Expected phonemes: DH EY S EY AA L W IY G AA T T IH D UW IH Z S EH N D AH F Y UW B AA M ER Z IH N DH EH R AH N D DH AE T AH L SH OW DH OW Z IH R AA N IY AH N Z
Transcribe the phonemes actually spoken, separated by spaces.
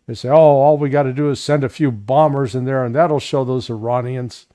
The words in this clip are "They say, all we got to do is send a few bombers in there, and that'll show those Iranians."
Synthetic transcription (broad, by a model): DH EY S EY AA L W IY G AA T T IH D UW IH Z S EH N D AH F Y UW B AA M ER Z IH N DH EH R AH N DH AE T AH L SH OW DH OW Z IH R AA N IY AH N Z